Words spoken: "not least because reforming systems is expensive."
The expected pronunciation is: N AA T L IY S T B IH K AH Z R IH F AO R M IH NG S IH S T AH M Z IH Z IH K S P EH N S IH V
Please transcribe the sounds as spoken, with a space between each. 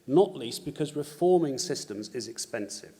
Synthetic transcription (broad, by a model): N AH T L IY S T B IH K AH Z R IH F AO M IH NG S IH S T AH M Z IH Z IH K S P EH N S IH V